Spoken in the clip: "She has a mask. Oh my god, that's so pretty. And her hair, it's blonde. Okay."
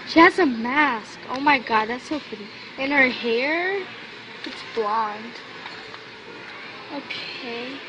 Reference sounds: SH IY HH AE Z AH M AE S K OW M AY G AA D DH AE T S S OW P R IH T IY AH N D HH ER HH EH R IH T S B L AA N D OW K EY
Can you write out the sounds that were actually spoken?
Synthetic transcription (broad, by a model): SH IY HH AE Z AH M AE S K OW M AY G AA D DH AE T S S OW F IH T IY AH N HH ER HH EH R IH T S B L AA N D OW K EY